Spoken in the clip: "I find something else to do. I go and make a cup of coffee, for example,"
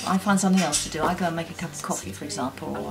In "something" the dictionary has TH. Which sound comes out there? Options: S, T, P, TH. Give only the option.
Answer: TH